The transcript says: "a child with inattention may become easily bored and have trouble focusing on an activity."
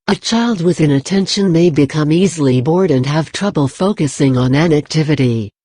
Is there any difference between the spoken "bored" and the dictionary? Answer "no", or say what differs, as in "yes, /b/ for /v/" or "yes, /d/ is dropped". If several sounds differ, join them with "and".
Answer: no